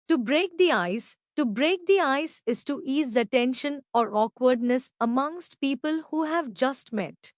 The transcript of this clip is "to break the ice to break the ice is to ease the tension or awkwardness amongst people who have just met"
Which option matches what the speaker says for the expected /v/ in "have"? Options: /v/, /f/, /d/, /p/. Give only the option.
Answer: /v/